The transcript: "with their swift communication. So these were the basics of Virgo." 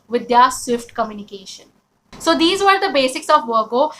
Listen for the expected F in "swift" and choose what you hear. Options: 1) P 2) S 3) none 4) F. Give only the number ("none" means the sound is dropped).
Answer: 4